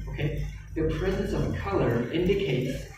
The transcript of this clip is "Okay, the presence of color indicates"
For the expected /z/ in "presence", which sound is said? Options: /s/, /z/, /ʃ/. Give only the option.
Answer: /z/